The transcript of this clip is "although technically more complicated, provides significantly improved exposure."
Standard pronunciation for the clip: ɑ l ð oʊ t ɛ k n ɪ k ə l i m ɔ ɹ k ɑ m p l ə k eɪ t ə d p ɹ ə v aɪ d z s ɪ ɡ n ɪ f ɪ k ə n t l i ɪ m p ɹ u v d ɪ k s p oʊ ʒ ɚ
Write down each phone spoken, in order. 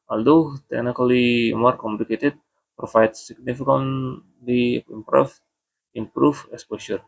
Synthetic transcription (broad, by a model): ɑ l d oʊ t ɛ k n ɪ k ə l i m ɔ ɹ k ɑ m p l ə k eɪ t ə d p ɹ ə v aɪ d s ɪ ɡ n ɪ f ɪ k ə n l i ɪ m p ɹ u p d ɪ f s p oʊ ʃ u